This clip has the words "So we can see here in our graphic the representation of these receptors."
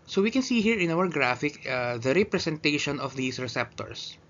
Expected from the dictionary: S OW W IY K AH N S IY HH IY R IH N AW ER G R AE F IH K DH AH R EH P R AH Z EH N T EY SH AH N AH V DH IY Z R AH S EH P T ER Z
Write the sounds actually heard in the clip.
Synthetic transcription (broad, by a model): S OW W IY K AH N S IY HH IY R IH N AW ER G R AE F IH K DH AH R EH P R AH S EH N T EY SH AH N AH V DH IY S R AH S EH P T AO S